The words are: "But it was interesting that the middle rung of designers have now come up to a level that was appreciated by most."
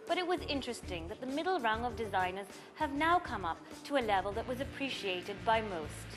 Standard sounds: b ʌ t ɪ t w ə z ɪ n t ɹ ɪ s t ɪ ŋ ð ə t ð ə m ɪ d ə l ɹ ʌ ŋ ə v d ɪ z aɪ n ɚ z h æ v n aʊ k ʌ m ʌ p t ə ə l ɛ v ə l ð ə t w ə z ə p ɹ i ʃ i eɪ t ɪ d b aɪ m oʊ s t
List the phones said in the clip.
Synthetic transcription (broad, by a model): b ʌ t ɪ t w ə z ɪ n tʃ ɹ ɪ s t ɪ ŋ ð ə t ð ə m ɪ d l ɹ ʌ ŋ ə v d ɪ z aɪ n ɚ z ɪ v n aʊ k ʌ m ʌ p t ə ə l ɛ v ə l ð ə t w ə z ə p ɹ i ʃ i eɪ t ɪ d b aɪ m oʊ s t